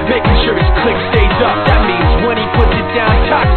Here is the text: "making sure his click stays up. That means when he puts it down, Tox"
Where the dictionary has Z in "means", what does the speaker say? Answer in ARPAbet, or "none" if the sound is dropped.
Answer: Z